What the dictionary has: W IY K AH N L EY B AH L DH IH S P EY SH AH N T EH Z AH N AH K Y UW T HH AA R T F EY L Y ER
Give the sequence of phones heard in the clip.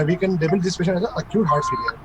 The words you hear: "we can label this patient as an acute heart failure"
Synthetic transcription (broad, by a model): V IY K AH N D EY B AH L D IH S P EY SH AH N EH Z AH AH K Y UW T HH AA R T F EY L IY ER